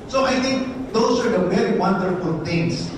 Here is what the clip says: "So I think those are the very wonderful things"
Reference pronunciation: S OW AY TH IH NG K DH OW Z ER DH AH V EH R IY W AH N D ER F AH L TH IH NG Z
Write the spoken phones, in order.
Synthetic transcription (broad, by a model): S OW AY T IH NG K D OW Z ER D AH V EH R IY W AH N D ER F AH L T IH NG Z